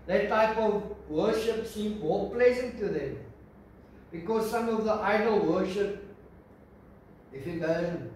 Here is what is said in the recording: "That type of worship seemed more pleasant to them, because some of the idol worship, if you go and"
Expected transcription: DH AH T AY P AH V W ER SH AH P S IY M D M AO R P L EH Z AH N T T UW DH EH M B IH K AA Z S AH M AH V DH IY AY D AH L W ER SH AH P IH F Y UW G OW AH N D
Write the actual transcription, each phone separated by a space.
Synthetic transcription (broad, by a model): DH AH T AY P AH V W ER SH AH P S IY M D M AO L P L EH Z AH N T T UW DH EH M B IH K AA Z S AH M AH V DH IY AY D AH L W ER SH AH P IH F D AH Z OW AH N